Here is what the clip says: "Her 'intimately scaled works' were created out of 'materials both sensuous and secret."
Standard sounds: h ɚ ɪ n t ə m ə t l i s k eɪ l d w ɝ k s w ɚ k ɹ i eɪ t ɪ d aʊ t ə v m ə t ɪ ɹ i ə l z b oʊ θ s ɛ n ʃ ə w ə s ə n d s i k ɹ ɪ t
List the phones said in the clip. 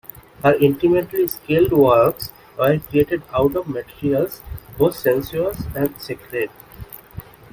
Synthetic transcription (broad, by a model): h ɚ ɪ n t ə m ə t l i s k eɪ l d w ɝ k s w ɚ k ɹ i eɪ t ɪ d aʊ t ə v m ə t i ɹ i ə l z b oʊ t s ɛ n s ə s ə n d s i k ɹ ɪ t